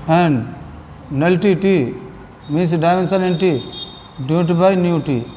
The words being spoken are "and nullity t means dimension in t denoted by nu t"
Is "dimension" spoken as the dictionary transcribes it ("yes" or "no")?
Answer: no